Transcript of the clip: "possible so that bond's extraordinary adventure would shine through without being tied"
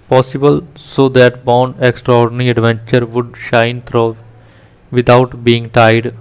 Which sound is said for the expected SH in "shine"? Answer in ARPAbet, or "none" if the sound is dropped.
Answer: SH